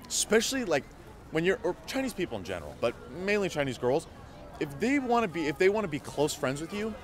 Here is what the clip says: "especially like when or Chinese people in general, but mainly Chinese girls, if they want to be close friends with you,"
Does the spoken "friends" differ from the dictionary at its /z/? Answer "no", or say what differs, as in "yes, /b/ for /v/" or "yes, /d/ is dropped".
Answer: no